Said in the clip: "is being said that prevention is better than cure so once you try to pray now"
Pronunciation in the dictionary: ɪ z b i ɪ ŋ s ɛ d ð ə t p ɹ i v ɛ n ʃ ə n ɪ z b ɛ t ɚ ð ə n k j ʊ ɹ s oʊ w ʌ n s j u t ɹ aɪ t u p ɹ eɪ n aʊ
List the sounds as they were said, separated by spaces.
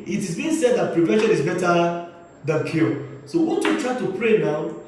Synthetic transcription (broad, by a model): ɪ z b i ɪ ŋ s ɛ d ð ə t p ɹ i v ɛ n ʃ ə n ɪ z b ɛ t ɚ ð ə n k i l s oʊ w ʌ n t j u t ɹ aɪ t u p ɹ eɪ n aʊ